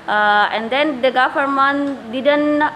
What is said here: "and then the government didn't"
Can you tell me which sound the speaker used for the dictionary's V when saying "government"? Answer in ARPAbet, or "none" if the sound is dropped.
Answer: F